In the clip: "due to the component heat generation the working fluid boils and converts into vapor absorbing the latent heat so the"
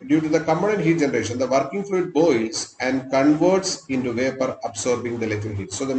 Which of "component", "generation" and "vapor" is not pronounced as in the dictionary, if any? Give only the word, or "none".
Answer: component